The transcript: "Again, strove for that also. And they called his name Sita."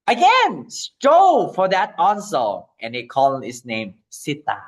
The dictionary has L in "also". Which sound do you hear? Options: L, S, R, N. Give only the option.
N